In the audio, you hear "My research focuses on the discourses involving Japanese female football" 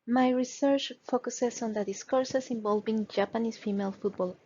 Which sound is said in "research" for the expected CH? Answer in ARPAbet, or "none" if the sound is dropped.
CH